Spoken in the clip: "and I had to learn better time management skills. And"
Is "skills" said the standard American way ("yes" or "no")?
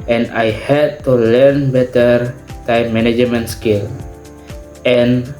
no